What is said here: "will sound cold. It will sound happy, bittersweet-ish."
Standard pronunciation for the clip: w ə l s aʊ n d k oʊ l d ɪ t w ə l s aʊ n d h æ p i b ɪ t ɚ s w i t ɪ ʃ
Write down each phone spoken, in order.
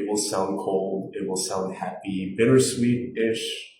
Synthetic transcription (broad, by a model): w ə l s aʊ n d k oʊ l d ɪ t w ə l s aʊ n d h æ p i b ɪ t ɚ s w i t ɪ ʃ